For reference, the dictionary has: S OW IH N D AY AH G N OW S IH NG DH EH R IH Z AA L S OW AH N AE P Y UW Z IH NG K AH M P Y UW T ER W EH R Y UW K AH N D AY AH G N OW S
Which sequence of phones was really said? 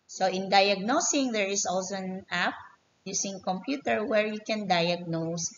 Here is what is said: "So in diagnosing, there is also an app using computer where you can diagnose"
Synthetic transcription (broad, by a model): S OW IH N D AY AH G N OW S IH NG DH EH R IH S AA L S OW AH N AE P Y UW S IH NG K AH M P Y UW T ER W EH R Y UW K AH N D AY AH G N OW S